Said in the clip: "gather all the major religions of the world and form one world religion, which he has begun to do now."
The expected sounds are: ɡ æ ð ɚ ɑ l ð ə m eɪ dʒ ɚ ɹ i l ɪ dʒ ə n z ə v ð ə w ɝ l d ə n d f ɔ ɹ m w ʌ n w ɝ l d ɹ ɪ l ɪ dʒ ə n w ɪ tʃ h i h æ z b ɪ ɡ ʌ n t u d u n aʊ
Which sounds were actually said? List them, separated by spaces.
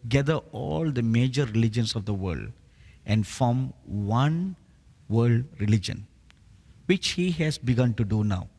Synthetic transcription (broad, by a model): ɡ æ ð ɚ ɑ l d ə m eɪ dʒ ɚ ɹ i l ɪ dʒ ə n s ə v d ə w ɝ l d ə n d f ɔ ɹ m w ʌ n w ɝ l d ɹ ɪ l ɪ dʒ ə n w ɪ tʃ h i h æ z b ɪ ɡ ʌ n t u d u n aʊ